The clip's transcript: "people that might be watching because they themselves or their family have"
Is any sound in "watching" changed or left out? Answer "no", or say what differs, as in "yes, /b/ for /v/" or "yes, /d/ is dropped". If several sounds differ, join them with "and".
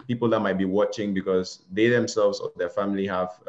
no